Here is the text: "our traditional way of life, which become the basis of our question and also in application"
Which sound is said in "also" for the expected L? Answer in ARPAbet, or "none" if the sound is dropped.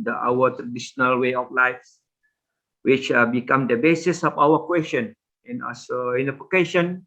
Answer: none